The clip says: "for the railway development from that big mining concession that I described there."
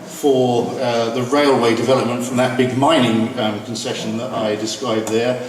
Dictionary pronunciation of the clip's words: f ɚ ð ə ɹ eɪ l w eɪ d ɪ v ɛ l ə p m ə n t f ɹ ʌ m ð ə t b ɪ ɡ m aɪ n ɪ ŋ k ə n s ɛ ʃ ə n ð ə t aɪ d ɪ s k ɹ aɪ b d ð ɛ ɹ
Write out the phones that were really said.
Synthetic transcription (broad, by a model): f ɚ ð ə ɹ eɪ l w eɪ d ɪ v ɛ l ə p m ə n t f ɹ ʌ m ð ə t b ɪ ɡ m aɪ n ɪ ŋ k ə n s ɛ ʃ ə n ð ə t aɪ d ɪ s k ɹ aɪ b ð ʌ ɹ